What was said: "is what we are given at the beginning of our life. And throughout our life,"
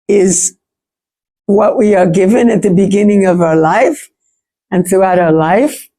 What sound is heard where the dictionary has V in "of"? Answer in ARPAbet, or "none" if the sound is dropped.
V